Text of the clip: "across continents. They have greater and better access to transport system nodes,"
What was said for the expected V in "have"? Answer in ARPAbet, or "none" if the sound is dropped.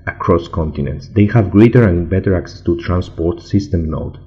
V